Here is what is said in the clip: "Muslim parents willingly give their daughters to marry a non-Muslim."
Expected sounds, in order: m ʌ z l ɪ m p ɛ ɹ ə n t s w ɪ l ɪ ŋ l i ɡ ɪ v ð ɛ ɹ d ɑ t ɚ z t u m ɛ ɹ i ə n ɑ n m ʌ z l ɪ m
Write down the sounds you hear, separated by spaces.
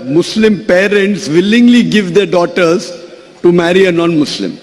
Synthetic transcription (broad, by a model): m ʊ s l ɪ m p ɛ ɹ ə n t s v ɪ l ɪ ŋ l i ɡ ɪ v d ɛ ɹ d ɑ t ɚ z t u m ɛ ɹ i ə n ɑ n m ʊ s l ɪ m